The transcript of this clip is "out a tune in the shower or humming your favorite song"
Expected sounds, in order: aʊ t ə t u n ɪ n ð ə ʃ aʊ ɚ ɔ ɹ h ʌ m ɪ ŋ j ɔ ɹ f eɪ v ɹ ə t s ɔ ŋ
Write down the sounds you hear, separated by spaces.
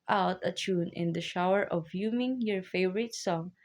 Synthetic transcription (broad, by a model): aʊ t ə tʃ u n ɪ n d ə ʃ aʊ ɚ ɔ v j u m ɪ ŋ j ɔ ɹ f eɪ v ɹ ə t s ɔ ŋ